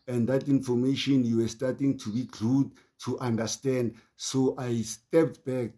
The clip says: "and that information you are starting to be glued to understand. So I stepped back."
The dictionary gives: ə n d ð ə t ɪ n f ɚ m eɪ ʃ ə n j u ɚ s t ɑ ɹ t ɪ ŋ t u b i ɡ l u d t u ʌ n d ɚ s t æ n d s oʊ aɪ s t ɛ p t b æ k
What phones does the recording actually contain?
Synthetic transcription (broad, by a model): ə n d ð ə t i n f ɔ m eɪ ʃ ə n j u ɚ s t ɑ t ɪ ŋ t u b i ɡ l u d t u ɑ n d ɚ s t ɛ n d s oʊ aɪ s t ɛ p t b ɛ k